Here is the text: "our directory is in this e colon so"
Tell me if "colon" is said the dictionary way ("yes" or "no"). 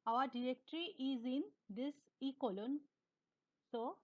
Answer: yes